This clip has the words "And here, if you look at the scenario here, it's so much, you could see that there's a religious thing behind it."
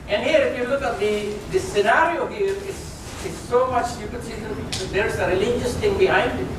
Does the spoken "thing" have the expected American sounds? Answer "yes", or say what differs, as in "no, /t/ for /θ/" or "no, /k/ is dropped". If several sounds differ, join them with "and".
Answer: no, /t/ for /θ/